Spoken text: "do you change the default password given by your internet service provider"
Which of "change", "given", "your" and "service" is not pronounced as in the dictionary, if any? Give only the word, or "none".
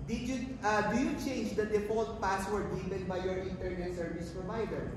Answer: given